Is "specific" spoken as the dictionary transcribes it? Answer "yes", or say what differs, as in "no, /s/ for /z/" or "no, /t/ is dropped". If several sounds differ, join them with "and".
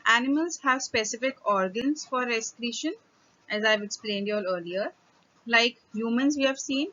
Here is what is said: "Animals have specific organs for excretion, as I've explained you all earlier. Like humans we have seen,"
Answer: yes